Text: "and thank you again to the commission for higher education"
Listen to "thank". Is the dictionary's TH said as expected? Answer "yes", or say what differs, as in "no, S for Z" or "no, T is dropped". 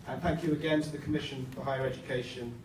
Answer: yes